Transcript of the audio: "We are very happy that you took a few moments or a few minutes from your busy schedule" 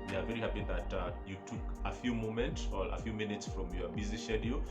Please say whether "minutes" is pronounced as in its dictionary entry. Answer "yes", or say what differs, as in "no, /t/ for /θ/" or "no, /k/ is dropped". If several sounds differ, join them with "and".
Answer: yes